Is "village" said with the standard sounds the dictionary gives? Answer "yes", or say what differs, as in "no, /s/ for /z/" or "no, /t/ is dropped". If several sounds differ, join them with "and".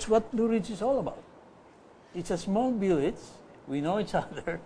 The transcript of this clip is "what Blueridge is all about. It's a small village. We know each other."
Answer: no, /b/ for /v/